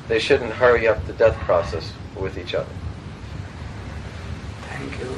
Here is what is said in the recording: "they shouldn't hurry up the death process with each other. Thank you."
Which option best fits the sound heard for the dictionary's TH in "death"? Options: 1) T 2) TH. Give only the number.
2